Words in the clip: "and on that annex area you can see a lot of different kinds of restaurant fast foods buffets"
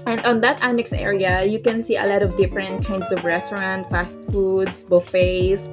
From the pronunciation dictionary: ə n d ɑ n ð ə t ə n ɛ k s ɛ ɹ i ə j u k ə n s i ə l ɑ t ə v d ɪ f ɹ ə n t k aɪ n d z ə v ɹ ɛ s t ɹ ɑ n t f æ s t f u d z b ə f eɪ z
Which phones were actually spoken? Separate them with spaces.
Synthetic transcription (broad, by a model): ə n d ɑ n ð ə t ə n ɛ k s ɛ ɹ i ə j u k ə n s i ə l ɑ t ə v d ɪ f ɹ ə n t k aɪ n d s ə v ɹ ɛ s t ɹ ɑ n t f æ s t f u d s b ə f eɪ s